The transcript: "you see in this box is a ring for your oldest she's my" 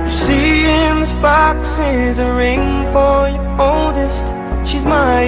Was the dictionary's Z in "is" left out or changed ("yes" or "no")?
no